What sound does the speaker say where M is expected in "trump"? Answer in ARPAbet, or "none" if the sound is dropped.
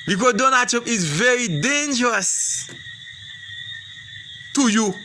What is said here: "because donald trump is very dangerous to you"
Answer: none